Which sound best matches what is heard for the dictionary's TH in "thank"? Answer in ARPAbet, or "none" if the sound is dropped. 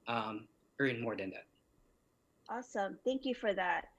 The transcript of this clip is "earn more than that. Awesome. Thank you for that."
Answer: TH